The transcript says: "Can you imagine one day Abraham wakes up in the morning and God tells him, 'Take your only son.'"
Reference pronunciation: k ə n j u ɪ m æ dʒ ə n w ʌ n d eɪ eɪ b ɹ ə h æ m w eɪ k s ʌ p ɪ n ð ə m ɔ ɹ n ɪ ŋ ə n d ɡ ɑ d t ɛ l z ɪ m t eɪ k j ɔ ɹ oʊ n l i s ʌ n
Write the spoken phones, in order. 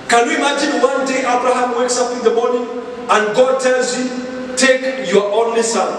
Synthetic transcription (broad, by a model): k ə n j u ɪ m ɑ dʒ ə n w ʌ n d eɪ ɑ b ɹ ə h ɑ m w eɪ k s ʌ p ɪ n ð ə m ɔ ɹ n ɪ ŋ ə n d ɡ ɑ d t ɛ l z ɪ t eɪ k j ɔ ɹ oʊ n l i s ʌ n